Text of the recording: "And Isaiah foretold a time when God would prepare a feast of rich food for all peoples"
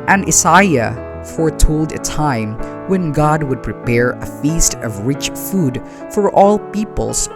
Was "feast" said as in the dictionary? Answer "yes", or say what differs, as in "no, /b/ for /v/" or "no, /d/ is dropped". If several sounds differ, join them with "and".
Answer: yes